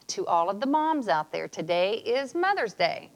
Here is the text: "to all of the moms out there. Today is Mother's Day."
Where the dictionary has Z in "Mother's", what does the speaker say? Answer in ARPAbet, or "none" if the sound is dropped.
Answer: Z